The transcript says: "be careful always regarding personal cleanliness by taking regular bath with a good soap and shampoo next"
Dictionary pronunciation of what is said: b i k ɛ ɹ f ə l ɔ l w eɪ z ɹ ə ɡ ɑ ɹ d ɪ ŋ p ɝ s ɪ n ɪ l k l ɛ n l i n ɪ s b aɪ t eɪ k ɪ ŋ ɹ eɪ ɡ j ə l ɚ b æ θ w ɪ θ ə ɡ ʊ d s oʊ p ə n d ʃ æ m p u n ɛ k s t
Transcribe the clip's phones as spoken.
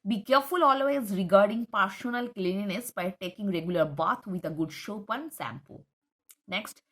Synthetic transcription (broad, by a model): b i k ɛ ɹ f ə l ɔ l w eɪ z ɹ ə ɡ ɑ ɹ d ɪ ŋ p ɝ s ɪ n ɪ l k l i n i n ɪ s b aɪ t eɪ k ɪ ŋ ɹ eɪ ɡ j ə l ɚ b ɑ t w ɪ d ə ɡ ʊ d ʃ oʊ p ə n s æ m p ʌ n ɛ k s t